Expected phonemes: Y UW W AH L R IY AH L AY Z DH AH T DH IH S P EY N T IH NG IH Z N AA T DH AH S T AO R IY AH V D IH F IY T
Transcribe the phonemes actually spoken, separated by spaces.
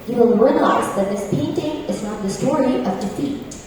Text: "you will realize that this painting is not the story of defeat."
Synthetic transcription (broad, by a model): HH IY W AH L R IY AH L AY Z DH AH T DH IH S P EY N T IH NG IH Z N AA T DH AH S T AO R IY AH V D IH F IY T